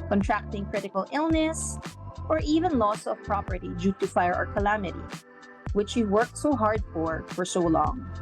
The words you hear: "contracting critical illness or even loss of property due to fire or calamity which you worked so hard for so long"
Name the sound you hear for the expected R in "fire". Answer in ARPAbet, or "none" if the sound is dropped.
R